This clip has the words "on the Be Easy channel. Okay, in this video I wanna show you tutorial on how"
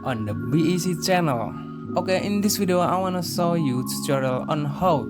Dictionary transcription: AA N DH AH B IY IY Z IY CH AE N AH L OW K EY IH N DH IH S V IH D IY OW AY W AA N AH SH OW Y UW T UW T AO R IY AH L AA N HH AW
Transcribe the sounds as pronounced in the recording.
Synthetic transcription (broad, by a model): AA N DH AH B IY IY S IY CH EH N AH L OW K EY IH N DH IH S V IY D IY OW AY W AA N AH S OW Y UW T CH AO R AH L AA N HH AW